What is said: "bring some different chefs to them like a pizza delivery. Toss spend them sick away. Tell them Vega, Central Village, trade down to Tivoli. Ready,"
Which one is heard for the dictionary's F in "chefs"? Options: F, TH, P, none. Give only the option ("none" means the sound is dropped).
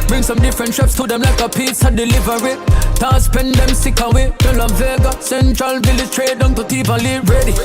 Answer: P